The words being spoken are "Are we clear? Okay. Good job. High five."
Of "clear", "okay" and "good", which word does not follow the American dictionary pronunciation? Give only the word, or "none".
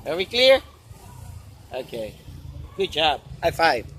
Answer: none